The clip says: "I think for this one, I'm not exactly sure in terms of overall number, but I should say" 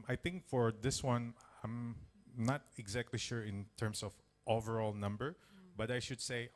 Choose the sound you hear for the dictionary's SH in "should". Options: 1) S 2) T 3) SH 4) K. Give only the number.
3